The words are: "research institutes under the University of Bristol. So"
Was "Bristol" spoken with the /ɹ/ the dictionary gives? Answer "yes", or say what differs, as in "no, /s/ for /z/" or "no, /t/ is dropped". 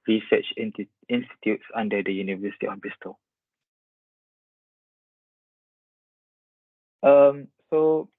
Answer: no, /ɹ/ is dropped